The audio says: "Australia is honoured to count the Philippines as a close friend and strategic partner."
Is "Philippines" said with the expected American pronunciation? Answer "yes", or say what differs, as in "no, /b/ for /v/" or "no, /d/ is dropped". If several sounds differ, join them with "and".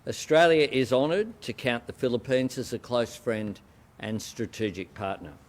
yes